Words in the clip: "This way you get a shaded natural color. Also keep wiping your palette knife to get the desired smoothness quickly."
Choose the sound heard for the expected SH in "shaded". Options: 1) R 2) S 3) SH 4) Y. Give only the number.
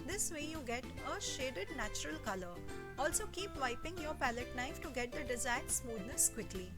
3